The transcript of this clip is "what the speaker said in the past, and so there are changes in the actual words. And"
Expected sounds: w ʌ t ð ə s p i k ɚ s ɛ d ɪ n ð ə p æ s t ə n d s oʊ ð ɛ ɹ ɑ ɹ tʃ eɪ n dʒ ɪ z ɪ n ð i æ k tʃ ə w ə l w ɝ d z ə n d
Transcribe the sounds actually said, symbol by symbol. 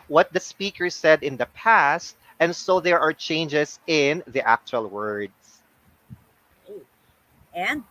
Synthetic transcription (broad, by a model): w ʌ t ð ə s p i k ɚ s ɛ d ɪ n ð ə p æ s t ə n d s oʊ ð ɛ ɹ ɑ ɹ tʃ eɪ n dʒ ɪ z ɪ n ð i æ k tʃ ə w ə l w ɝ d s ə n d